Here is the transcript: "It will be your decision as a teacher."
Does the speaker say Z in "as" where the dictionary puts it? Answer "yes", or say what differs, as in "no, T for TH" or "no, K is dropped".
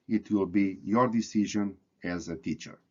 yes